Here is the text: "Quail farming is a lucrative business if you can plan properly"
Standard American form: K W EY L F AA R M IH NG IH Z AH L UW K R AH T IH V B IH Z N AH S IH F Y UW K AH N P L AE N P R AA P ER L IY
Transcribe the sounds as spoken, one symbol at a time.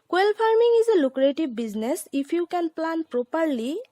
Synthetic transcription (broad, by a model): K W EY L P AA R M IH NG IH Z AH L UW K R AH T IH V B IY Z N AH S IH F Y UW K AH N P L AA N P R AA P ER L IY